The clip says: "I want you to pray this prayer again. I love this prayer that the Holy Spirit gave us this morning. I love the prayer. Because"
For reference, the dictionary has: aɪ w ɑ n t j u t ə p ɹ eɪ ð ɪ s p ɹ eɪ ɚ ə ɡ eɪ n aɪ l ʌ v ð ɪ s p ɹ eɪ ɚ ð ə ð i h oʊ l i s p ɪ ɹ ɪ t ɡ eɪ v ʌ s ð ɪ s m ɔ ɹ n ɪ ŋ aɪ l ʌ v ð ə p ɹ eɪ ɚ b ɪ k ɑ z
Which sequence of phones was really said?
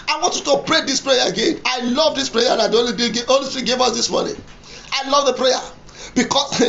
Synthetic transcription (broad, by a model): aɪ w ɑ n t j u t ə p ɹ eɪ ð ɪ s p ɹ eɪ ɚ ə ɡ eɪ n aɪ l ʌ v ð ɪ s p ɹ eɪ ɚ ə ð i oʊ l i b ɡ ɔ l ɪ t ɡ eɪ v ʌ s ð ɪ s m ɔ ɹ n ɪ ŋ aɪ l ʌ v ð ə p ɹ eɪ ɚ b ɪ k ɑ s